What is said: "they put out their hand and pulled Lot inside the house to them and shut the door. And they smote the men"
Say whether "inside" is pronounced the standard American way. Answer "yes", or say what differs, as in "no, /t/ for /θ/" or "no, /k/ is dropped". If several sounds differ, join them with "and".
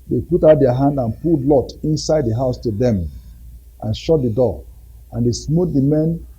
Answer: yes